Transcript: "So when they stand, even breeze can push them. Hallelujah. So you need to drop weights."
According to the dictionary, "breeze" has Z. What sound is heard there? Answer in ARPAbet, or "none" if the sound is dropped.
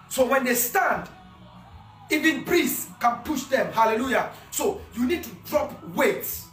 S